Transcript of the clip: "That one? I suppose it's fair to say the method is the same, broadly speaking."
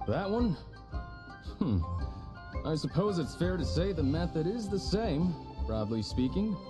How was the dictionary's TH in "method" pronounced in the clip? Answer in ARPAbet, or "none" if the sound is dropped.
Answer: TH